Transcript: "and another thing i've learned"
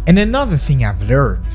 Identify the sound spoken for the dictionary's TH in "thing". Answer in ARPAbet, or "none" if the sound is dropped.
TH